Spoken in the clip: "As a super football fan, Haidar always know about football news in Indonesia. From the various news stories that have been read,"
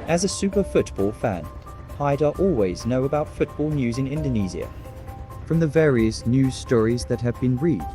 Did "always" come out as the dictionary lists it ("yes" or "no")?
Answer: yes